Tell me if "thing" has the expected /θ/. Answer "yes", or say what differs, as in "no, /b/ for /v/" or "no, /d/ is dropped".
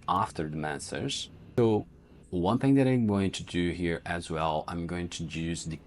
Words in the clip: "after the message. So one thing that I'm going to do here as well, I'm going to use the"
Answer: yes